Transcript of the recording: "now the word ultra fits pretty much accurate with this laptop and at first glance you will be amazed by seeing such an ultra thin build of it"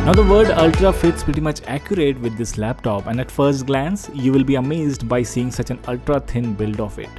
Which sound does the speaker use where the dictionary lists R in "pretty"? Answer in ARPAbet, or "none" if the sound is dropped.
R